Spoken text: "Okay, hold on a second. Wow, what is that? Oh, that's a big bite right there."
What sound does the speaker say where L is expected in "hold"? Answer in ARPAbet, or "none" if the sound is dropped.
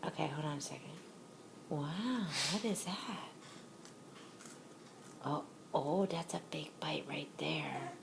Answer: none